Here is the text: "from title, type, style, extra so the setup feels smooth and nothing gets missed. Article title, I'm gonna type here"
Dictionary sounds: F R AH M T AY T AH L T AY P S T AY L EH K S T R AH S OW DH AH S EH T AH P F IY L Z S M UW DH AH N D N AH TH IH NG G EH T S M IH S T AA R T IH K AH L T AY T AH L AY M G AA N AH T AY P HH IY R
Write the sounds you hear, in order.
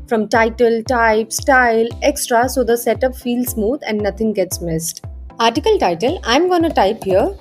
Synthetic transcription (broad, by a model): F R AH M T AY T AH L T AY P S T AY L EH K S T R AH S OW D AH S EH T AH P F IY L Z S M UW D AH N D N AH T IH NG G EH T S M IH S T AA R T IH K AH L T AY T AH L AY M G AA N AH T AY P HH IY R